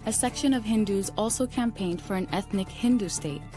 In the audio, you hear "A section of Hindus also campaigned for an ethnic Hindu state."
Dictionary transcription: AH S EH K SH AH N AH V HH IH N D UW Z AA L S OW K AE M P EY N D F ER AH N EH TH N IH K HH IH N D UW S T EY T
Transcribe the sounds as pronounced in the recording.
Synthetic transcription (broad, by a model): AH S EH K SH AH N AH V HH IH N D UW Z AA L S OW K AE M P EY N D F ER AH N EH TH N IH K HH IH N D UW S T EY T